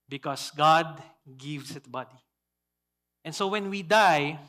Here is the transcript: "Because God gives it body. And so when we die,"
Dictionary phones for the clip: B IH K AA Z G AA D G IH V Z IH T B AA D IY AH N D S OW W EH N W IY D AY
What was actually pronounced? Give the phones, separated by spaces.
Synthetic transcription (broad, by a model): B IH K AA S G AA D G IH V S IH T B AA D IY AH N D S OW W EH N W IY D AY